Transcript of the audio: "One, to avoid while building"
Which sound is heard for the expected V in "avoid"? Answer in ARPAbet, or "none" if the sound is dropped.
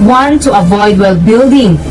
V